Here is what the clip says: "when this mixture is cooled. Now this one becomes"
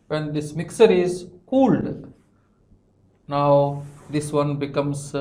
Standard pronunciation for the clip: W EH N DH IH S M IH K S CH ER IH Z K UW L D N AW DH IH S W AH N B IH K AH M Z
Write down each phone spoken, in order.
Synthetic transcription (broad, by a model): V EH N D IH S M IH K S ER IH Z K UW L D N AW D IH S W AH N B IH K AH M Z